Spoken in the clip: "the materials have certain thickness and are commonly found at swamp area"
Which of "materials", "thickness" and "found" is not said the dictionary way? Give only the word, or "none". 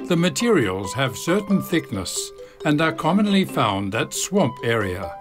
none